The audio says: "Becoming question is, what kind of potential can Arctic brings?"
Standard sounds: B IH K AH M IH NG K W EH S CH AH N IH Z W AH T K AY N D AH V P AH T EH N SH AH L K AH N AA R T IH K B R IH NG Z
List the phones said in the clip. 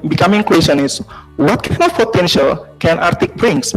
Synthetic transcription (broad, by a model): B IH K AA M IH NG K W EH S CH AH N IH S W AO T K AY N AH F P AH T EH N SH AH L K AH N AA R T IH K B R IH NG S